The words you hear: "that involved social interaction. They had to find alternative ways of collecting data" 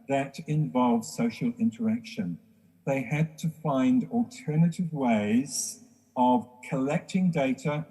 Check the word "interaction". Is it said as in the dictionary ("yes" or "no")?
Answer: yes